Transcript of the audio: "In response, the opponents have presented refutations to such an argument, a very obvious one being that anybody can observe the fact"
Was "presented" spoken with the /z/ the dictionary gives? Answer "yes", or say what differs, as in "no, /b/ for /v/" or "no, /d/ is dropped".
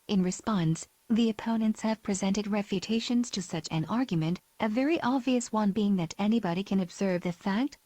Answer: yes